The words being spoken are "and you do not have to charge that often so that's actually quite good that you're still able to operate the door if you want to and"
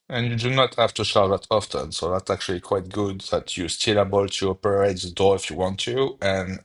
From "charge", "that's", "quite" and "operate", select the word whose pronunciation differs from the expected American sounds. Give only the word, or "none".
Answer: charge